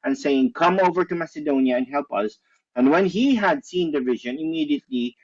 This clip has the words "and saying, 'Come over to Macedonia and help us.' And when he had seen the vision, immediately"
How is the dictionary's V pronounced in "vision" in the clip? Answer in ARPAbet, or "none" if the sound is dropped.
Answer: V